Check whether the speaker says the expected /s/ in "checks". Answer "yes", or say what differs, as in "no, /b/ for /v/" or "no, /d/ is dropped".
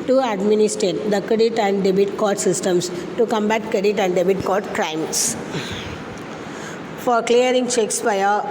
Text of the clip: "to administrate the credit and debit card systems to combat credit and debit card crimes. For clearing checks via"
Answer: yes